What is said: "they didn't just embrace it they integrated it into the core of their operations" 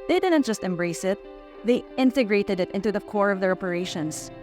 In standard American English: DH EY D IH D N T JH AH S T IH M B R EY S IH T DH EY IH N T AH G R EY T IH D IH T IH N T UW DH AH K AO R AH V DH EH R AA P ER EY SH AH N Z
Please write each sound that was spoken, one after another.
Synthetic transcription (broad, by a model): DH EY D IH D N T JH AH S T IH M B R EY S IH T DH EY IH N T AH G R EY T IH D IH T IH N T UW DH AH K AO R AH V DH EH R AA P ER EY SH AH N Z